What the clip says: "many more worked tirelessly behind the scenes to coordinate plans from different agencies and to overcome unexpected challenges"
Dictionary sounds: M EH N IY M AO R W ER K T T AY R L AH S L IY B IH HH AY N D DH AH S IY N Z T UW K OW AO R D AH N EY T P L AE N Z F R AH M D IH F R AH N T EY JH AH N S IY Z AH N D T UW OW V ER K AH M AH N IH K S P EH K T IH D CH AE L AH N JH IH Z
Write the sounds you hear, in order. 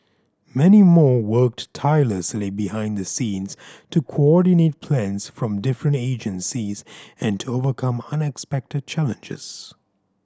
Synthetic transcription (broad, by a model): M EH N IY M AO R W ER K T T AY L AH S L IY B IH HH AY N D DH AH S IY N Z T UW K OW AO R D AH N EY T P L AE N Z F R AH M D IH F R AH N T EY JH AH N S IY Z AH N T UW OW V ER K AH M AH N IH K S P EH K T IH D CH AE L AH N JH IH Z